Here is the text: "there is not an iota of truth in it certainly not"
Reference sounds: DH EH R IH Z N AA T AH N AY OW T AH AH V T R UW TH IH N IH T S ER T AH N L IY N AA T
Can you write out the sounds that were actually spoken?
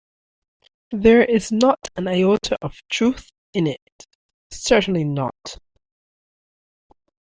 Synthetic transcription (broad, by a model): DH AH R IH Z N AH T AH N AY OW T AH AH V T R UW TH IH N IH T S ER T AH N L IY N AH T